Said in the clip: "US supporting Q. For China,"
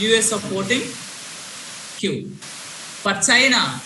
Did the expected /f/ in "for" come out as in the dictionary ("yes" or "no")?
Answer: no